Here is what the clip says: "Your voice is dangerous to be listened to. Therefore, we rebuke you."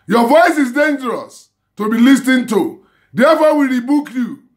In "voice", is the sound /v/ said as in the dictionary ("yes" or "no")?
yes